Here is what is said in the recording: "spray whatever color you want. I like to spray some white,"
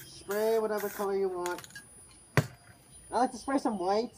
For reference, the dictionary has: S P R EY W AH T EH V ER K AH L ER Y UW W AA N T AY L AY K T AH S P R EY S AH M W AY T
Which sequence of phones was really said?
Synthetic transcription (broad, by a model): S P R EY W AH T EH V ER K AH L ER Y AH W AA N T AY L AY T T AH S P R EY S AH M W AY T